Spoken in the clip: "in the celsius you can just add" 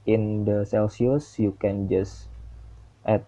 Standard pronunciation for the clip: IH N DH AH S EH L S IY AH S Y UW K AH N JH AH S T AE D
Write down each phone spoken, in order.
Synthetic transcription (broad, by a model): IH N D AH S EH L S IY AH S Y UW K AH N JH AH S T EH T